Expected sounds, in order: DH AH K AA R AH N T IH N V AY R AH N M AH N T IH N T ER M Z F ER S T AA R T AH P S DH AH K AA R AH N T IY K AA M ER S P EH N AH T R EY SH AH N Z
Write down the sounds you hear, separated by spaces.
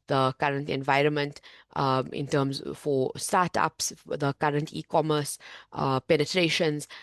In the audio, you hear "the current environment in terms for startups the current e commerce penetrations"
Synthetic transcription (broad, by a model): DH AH K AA R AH N T IH N V AY R AH N M AH N T IH N T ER M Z F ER S T AA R T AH P S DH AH K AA R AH N T IY K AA M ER S P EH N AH T R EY SH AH N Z